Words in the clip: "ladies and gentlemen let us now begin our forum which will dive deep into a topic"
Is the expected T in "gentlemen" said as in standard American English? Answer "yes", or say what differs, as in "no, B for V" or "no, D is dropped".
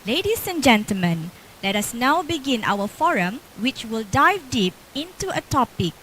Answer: yes